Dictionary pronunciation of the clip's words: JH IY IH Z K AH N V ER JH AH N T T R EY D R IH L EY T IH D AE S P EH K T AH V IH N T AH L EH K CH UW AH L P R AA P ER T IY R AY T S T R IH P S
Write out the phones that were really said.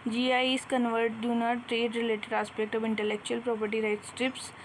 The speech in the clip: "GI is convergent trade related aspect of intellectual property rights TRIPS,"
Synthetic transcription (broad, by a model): JH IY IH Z K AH N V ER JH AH N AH T R EY D R IH L EY T IH D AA S P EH K T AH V IH N T AH L EH K CH UW AH L P R AA P ER T IY R AY T S T R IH P S